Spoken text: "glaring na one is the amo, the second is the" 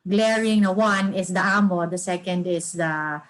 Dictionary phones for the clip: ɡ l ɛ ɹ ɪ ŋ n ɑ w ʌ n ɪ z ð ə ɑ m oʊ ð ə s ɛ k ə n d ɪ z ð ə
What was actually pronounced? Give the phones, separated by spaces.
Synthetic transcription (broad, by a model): ɡ l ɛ ɹ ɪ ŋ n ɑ w ʌ n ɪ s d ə ɑ m oʊ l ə s ɛ k ə n d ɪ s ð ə